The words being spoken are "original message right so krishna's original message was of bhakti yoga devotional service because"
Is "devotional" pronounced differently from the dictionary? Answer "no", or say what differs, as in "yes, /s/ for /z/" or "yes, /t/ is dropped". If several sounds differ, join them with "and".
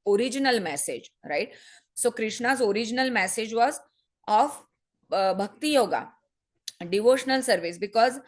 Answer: no